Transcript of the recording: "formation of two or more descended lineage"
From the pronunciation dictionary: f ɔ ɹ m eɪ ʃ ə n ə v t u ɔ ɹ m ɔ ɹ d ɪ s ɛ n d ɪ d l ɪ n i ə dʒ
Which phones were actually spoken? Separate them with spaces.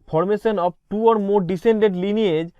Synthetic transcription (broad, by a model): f ɔ ɹ m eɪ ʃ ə n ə b t u ɔ ɹ m ɔ ɹ d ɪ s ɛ n d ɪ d l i n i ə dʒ